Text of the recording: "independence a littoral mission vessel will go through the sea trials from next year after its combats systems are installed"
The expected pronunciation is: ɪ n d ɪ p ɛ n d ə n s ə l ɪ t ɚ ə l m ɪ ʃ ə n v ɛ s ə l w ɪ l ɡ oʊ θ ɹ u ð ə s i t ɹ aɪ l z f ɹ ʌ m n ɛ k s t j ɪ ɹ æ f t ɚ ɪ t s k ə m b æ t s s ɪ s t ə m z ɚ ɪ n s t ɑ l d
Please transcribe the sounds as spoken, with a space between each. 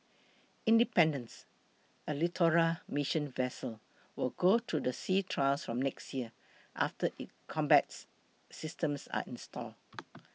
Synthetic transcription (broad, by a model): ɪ n d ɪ p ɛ n d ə n s ə l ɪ t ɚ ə m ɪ ʃ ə n v ɛ s ə l w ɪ l ɡ oʊ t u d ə s i t ɹ aɪ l s f ɹ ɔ m n ɛ k s t j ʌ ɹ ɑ f t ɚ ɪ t k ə m b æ t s s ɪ s t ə m s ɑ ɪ n s t ɑ l